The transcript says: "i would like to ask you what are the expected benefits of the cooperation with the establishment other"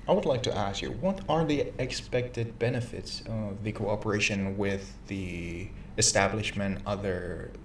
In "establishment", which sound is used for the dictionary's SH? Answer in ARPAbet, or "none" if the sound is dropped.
SH